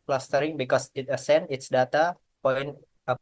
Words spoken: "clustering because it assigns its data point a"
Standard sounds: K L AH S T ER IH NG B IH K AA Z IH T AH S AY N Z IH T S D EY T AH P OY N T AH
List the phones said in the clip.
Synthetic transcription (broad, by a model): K L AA S T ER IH NG B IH K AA S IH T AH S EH N IH T S D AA T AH P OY N AH